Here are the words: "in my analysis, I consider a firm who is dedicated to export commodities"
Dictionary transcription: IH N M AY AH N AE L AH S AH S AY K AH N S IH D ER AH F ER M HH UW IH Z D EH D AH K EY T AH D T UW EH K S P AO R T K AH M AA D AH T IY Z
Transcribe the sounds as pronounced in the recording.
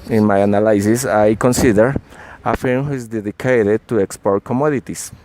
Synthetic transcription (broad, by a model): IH N M AY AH N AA L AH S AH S AY K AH N S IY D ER AH F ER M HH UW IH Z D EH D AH K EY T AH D T UW EH K S P AO R T K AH M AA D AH T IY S